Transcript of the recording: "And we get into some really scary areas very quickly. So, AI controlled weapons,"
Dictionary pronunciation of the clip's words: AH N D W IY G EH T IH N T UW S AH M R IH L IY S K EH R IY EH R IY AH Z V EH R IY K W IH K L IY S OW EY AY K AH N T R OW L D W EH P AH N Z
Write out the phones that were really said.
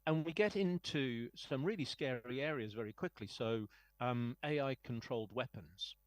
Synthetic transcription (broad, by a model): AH N W IY G EH T IH N T UW S AH M R IH L IY S K EH R IY EH R IY AH Z V EH R IY K W IH K L IY S OW EY AY K AH N T R OW L D W EH P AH N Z